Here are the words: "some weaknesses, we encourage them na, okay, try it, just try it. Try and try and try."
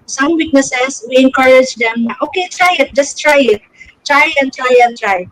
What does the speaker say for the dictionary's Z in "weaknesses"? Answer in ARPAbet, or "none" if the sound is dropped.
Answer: S